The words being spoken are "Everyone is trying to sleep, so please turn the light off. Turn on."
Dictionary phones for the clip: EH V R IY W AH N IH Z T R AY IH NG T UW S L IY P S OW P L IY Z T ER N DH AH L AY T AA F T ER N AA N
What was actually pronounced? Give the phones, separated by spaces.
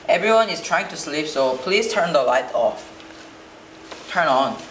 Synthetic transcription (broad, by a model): EH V R IY W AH N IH S T R AY IH NG T UW S L IY P S OW P L IY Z T ER N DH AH L AY T AA F T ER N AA N